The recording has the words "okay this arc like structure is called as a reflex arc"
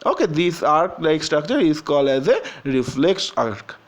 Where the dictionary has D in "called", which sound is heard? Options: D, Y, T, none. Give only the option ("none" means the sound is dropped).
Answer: none